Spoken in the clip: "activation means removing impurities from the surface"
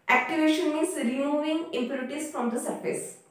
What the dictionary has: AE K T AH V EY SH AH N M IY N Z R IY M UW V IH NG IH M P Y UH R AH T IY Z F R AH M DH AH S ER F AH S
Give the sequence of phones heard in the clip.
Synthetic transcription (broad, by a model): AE K T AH V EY SH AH N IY Z R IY M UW V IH NG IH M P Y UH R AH T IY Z F R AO M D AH S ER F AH S